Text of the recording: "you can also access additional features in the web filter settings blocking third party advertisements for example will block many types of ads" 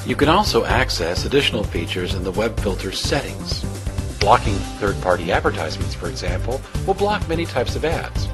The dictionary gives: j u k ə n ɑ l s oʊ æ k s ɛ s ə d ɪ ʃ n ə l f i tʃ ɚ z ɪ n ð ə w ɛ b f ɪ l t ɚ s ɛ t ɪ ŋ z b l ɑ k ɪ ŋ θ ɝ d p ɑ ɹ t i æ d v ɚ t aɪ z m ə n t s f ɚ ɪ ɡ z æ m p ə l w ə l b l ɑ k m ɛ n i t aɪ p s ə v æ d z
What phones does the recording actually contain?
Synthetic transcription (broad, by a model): j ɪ k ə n ɑ l s oʊ æ k s ɛ s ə d ɪ ʃ n l f i tʃ ɚ z ɪ n ð ə w ɛ b f ɪ l t ɚ s ɛ t ɪ ŋ z b l ɑ k ɪ ŋ θ ɝ d p ɑ ɹ t i æ d v ɚ t aɪ z m ə n t s f ɚ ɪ ɡ z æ m p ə l w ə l b l ɑ k m ɛ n i t aɪ p s ə v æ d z